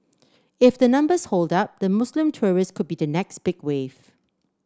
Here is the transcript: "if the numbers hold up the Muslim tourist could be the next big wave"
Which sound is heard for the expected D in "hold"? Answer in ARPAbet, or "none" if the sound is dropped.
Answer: D